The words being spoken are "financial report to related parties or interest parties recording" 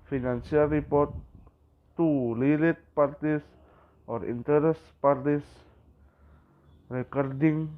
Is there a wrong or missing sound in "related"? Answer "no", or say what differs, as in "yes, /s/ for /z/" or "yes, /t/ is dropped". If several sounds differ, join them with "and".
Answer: yes, /l/ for /ɹ/